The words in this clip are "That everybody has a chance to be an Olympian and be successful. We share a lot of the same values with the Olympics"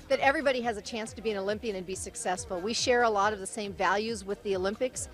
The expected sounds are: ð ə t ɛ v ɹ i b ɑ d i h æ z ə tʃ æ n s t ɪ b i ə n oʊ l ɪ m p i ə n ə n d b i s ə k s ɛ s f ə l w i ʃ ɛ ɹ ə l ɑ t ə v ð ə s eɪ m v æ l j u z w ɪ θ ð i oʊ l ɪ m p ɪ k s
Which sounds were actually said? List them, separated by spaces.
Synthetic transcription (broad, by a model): ð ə t ɛ v ɹ i b ɑ d i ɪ z ə tʃ æ n s t ɪ b i ə n oʊ l ɪ m p i ə n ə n b i s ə k s ɛ s f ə l w i ʃ ɛ ɹ ə l ɑ t ə v ð ə s eɪ m v æ l j u z w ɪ ð i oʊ l ɪ m p ɪ k s